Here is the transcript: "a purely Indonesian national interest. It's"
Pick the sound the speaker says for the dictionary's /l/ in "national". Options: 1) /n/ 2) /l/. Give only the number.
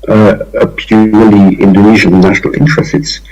2